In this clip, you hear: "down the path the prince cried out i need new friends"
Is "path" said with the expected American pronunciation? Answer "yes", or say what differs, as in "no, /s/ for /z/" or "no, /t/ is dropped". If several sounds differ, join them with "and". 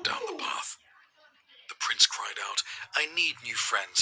yes